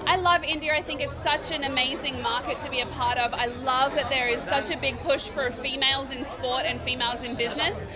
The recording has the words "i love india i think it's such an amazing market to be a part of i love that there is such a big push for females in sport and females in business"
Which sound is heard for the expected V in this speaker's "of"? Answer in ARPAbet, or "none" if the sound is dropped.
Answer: V